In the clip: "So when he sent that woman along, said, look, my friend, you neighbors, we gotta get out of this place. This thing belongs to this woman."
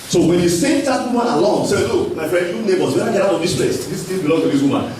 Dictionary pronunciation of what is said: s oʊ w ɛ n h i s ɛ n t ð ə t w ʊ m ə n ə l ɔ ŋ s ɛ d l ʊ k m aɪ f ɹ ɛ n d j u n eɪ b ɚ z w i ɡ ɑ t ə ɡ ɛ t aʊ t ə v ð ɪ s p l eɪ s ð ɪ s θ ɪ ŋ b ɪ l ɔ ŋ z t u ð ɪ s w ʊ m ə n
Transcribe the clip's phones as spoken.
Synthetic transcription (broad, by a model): s oʊ w ɛ n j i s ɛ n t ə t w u m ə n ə l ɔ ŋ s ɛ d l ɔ m aɪ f ɹ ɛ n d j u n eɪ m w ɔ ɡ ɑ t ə ɡ ɛ t aʊ t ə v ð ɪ s p l eɪ s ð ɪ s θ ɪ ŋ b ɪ l ɔ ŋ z t u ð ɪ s w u m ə n